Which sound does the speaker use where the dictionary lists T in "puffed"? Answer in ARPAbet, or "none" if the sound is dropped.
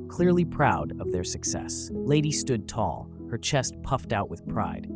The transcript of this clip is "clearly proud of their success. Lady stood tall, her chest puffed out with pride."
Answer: T